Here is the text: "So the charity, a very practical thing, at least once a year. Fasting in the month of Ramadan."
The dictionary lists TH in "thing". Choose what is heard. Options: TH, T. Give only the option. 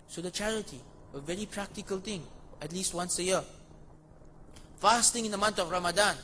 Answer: T